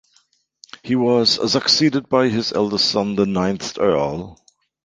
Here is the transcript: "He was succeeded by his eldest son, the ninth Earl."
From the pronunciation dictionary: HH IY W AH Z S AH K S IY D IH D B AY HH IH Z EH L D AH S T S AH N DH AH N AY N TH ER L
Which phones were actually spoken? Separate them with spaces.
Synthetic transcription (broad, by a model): HH IY W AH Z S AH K S IY D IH D B AY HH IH Z EH L D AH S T S AH N DH AH N AY N TH ER L